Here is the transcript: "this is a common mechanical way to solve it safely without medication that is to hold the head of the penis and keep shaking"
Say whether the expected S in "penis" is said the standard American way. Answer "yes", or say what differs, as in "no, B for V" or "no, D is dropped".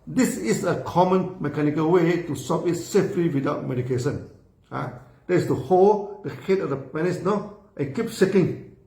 no, S is dropped